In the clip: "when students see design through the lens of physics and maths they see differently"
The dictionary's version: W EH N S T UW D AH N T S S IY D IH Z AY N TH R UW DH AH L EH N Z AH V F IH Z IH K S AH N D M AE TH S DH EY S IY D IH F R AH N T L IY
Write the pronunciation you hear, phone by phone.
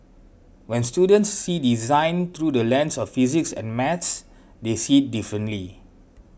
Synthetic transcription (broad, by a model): W EH N S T UW D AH N T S S IY D IH Z AY N T R UW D AH L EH N S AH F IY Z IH K S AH N M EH T S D EY S IY D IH F R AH N T L IY